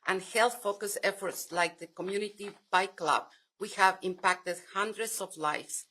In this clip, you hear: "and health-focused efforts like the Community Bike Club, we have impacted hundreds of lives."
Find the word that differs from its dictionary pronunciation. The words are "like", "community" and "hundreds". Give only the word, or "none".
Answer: hundreds